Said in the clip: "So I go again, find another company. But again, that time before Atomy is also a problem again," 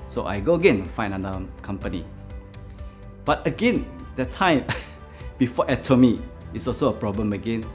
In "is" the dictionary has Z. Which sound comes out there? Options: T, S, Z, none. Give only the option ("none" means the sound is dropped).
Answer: S